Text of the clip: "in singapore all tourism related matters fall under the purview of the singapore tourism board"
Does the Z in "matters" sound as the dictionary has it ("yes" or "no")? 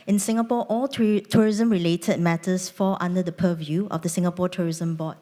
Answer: no